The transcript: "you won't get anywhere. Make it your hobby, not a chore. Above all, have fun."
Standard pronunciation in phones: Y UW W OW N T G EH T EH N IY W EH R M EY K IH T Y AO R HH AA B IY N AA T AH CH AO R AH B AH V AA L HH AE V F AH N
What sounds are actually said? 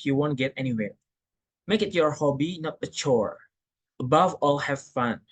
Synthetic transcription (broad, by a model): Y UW W OW N T G EH T EH N IY W EH R M EY K IH T Y AO R HH AA B IY N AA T AH CH AO R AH B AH V AA L HH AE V F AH N